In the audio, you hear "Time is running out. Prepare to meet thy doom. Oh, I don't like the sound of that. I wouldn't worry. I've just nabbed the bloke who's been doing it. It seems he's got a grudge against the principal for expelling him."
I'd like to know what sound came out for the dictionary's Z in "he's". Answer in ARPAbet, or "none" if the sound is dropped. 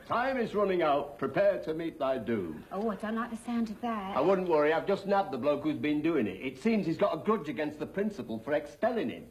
Z